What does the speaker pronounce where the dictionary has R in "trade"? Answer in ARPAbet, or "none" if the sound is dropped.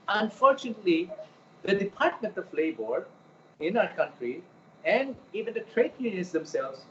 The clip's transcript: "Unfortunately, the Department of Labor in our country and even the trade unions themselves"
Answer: R